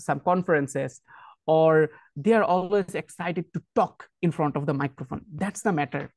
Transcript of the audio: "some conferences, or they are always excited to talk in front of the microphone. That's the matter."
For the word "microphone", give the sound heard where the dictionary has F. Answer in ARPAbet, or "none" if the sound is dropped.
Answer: F